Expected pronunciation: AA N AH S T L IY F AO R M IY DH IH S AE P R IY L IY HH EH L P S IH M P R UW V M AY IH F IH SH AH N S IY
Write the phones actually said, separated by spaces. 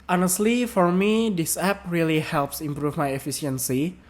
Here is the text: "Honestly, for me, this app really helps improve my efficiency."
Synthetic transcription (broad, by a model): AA N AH S T L IY F AO R M IY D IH S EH P R IY L IY HH EH L P S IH M P R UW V M AY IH F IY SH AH N S IY